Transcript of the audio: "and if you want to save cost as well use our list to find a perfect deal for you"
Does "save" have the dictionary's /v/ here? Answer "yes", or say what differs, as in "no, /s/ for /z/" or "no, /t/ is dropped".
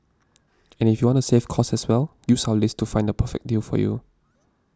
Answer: no, /f/ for /v/